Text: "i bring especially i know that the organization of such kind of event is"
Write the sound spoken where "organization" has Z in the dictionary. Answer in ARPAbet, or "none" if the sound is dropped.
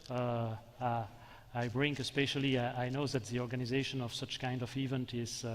Z